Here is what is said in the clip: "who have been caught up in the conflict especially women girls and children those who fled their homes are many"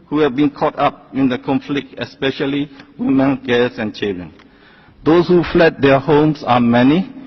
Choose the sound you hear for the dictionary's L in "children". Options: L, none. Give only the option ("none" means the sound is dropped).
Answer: none